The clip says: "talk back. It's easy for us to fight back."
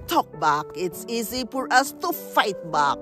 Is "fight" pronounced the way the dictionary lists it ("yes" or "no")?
yes